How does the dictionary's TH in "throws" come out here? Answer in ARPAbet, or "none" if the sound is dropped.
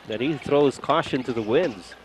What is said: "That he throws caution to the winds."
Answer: TH